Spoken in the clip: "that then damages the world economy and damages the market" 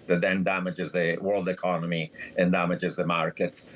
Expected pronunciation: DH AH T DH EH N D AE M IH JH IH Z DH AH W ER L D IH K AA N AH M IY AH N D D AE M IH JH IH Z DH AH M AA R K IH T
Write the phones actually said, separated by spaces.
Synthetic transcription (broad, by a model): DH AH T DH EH N D AE M IH JH IH Z DH AH W ER L D IH K AA N AH M IY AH N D D AE M IH JH IH Z DH AH M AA R K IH T